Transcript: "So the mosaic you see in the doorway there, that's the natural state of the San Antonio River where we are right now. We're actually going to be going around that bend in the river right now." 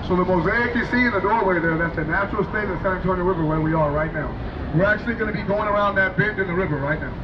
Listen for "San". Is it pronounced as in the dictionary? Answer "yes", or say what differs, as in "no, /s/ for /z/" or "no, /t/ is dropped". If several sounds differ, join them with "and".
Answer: no, /n/ is dropped